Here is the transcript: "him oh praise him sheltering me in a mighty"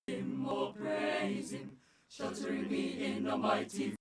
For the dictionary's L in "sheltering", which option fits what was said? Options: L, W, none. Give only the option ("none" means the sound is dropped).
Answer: none